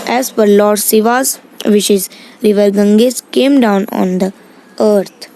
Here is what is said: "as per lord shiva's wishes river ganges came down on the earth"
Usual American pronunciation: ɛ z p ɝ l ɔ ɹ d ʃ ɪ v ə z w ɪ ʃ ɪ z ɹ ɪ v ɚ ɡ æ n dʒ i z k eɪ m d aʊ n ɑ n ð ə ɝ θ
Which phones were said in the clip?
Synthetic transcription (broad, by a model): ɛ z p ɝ l ɔ ɹ d s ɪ v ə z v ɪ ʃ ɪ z ɹ ɪ v ɚ ɡ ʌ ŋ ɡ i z k eɪ m d aʊ n ɑ n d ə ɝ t